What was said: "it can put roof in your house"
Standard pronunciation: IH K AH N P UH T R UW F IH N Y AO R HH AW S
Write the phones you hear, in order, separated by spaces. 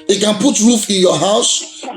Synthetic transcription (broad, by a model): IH K AH N P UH T R UW F IH N Y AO HH AW S